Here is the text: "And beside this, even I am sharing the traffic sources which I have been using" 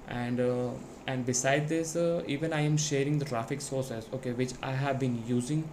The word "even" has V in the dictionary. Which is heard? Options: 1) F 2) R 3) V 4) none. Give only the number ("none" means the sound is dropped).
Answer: 3